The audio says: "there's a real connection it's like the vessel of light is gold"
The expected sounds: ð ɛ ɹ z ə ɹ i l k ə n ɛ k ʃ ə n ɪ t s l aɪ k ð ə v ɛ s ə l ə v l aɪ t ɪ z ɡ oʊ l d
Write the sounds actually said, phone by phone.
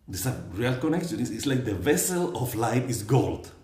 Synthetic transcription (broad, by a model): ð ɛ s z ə ɹ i l k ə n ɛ k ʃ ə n ɪ t s l aɪ k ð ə v ɛ s ə l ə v l aɪ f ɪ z ɡ oʊ l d